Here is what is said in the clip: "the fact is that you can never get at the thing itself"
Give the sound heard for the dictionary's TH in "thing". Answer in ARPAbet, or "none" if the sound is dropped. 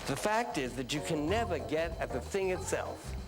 TH